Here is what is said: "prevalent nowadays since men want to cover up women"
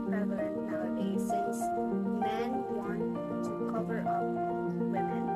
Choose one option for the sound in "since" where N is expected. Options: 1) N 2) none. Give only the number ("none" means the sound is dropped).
2